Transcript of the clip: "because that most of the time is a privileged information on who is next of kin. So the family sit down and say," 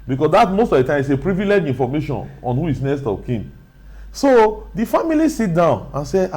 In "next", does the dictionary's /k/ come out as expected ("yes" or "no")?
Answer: no